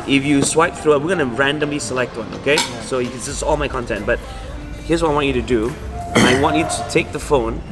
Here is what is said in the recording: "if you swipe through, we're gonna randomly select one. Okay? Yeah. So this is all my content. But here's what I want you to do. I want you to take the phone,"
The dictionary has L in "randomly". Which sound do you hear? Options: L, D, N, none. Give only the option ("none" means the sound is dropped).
L